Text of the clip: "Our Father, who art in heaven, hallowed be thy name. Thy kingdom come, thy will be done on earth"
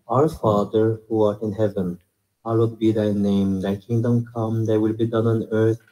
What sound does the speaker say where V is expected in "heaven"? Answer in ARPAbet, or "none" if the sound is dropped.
V